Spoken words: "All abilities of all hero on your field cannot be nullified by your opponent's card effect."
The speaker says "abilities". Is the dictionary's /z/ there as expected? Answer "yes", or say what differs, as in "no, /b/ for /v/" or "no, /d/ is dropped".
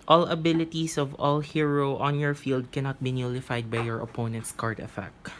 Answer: no, /s/ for /z/